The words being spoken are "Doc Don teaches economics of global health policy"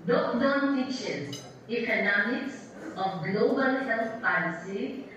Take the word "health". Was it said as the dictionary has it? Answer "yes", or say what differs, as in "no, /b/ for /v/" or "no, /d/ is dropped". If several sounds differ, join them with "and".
no, /t/ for /θ/